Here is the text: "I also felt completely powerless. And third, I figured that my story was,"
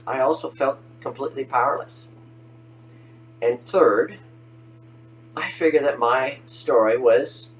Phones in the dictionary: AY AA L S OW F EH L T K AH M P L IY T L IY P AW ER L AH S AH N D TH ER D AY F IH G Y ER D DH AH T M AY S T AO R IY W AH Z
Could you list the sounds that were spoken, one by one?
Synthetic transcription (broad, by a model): AY AA L S OW F EH L T K AH M P L IY T L IY P AW ER L AH S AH N TH ER D AY F IH G Y ER D DH AH T M AY S T AO R IY W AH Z